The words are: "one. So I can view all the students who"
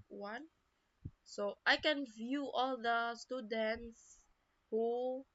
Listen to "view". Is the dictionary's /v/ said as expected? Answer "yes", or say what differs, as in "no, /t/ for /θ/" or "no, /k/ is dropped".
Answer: yes